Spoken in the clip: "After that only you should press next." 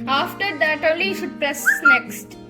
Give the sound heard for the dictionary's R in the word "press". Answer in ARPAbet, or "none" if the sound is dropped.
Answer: R